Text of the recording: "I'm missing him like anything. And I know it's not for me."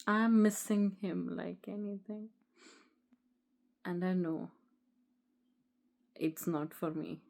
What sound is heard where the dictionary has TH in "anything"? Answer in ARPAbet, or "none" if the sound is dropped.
T